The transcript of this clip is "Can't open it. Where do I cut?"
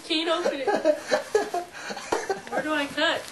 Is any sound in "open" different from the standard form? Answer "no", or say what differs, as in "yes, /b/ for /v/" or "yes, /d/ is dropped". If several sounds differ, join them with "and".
yes, /p/ is dropped and /n/ is dropped